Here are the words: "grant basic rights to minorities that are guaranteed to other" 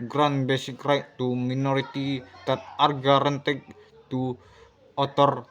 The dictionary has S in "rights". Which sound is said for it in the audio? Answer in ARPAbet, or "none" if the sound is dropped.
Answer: none